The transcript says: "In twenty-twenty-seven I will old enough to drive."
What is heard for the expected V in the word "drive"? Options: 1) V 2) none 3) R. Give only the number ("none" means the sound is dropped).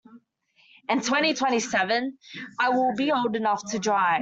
2